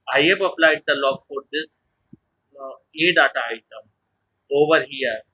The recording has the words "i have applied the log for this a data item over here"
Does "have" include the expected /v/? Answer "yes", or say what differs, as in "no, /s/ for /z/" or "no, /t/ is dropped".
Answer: no, /p/ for /v/